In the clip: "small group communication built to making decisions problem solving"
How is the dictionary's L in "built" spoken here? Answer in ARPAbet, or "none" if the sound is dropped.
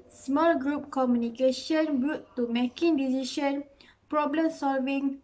none